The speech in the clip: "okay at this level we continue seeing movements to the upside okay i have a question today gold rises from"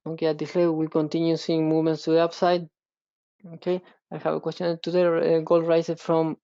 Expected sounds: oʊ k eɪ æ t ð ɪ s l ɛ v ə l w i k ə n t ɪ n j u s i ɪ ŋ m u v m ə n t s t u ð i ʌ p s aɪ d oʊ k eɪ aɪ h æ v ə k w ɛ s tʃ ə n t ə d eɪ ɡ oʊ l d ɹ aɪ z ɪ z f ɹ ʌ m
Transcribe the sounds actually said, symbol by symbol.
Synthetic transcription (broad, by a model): oʊ k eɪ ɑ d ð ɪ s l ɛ w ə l k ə n t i n j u s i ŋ m u v m ə n t s t u ð i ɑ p s aɪ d oʊ k eɪ aɪ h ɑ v ə k w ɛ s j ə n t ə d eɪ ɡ oʊ l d ɹ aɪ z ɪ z f ɹ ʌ m